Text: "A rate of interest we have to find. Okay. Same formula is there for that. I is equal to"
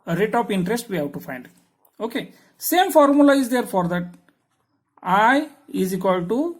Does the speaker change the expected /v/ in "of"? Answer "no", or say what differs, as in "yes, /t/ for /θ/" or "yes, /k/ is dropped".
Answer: yes, /p/ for /v/